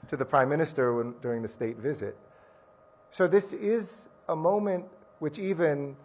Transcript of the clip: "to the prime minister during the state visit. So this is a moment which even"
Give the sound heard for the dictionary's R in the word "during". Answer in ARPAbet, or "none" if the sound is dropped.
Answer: R